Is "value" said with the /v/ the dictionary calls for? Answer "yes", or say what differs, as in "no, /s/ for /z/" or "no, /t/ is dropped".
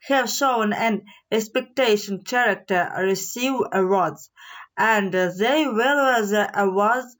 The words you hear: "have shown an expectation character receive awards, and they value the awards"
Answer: no, /w/ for /v/